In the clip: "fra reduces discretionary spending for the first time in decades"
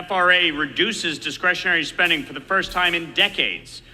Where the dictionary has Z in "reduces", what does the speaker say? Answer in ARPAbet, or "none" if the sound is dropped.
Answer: Z